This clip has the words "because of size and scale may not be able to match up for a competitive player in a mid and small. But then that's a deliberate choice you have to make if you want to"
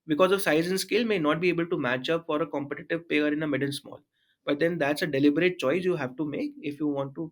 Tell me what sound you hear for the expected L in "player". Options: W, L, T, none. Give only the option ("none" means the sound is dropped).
none